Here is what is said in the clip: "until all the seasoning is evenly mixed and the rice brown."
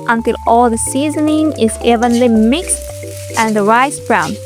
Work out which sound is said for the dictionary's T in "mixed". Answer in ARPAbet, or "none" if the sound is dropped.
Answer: T